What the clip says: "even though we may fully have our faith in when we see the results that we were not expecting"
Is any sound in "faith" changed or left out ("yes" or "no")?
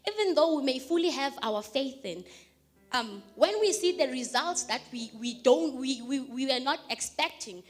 no